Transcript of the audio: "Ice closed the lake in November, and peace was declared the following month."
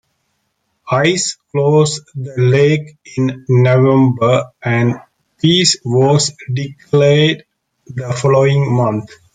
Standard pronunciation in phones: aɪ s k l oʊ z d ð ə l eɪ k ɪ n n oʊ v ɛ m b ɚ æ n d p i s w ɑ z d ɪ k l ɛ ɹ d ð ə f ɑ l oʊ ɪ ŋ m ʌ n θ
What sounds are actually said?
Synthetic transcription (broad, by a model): aɪ s k l oʊ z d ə l eɪ k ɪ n n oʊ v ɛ m b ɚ æ n d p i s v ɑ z d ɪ k l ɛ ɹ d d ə f ɑ l oʊ ɪ ŋ m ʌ n t